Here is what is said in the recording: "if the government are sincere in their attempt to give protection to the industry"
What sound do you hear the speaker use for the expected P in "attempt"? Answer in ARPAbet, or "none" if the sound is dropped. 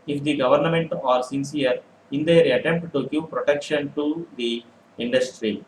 P